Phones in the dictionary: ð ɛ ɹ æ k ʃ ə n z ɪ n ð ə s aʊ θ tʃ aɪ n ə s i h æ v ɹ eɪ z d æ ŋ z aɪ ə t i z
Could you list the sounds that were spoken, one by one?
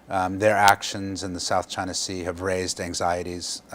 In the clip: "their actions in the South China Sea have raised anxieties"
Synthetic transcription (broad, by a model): ð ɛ ɹ æ k ʃ ə n z ɪ n ð ə s aʊ θ tʃ aɪ n ə s i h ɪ v ɹ eɪ z d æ ŋ z aɪ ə t i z